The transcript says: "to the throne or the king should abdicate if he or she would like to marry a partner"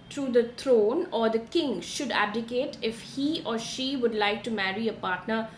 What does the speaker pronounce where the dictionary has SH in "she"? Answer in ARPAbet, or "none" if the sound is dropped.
SH